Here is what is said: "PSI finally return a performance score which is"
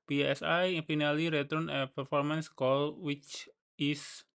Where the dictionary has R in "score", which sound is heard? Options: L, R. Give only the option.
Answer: L